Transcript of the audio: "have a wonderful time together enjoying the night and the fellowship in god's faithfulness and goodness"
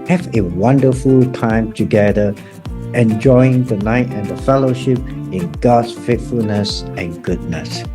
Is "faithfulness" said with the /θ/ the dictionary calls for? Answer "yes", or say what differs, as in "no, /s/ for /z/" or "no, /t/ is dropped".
no, /t/ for /θ/